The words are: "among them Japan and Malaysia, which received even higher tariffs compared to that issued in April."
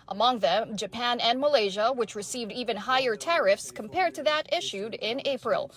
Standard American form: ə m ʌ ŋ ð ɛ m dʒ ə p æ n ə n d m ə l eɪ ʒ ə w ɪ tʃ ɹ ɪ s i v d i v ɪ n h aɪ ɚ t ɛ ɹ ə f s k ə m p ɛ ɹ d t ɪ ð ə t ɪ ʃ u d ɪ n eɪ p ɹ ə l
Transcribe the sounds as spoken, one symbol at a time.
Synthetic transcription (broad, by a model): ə m ʌ ŋ ð ɛ m dʒ ə p æ n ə n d m ə l eɪ ʒ ə w ɪ tʃ ɹ ɪ s i v d i v ɪ n h aɪ ɚ t ɛ ɹ ə f s k ə m p ɛ ɹ d t ɪ ð ə t ɪ ʃ u d ɪ n eɪ p ɹ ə l